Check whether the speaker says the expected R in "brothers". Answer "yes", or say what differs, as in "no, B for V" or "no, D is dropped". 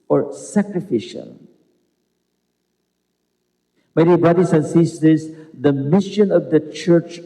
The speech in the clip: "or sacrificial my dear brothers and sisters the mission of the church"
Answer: no, R is dropped